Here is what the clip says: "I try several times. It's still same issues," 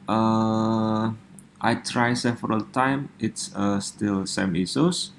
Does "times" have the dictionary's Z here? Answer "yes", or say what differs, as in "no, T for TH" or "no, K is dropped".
no, Z is dropped